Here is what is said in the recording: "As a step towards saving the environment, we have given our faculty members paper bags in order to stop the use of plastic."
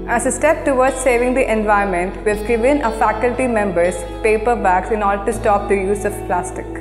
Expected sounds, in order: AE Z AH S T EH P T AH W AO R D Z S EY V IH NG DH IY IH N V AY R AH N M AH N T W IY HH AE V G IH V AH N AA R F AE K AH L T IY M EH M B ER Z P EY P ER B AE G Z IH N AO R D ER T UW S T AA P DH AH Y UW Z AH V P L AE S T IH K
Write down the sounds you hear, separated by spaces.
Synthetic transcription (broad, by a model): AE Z AH S T EH P T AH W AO R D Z S EY V IH NG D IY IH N V AY AH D M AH N T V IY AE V G IH V AH N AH F AE K AH L T IY M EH M B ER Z P EY P ER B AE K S IH N AO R D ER T UW S T AA P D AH Y UW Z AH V P L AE S T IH K